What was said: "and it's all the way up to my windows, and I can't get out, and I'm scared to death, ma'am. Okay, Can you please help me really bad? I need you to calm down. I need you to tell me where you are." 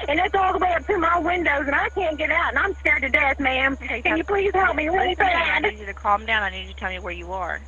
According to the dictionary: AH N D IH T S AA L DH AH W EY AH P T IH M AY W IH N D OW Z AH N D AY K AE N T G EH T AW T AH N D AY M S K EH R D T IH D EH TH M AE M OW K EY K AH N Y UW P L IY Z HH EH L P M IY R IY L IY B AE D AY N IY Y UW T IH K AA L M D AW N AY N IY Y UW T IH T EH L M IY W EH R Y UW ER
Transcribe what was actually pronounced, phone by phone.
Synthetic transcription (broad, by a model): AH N IH T S AA L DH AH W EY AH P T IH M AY W IH N D OW Z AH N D AY K AE N G EH T AW T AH N AY M S K EH R D T IH D EH TH M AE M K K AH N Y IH P L IY Z HH EH L P M IY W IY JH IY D T IH K AA L M D AW N AY N IY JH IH T IH T EH L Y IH W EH R Y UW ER